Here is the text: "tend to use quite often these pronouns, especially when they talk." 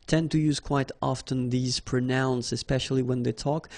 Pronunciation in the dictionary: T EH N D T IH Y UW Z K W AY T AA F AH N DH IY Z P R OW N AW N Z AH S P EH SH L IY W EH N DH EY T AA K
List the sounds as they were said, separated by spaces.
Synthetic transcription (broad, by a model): T EH N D T IH Y UW Z K W AY T AA F AH N DH IY Z P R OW N AW N S AH S P EH SH L IY W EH N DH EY T AA K